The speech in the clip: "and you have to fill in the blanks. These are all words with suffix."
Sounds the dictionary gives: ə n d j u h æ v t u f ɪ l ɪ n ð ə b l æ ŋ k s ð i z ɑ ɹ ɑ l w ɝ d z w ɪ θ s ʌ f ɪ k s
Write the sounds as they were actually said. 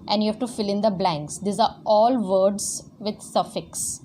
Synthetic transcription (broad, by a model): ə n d j u h æ v t u f ɪ l ɪ n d ə b l æ ŋ k s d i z ɑ ɹ ɑ l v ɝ d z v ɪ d s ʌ f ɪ k s